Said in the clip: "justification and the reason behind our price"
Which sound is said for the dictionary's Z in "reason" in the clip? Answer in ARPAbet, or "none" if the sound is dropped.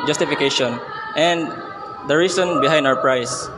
S